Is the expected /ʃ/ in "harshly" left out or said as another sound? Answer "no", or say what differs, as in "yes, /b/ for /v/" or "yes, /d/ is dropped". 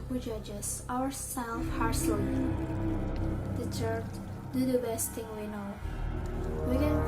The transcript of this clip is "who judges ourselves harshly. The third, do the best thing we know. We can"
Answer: yes, /s/ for /ʃ/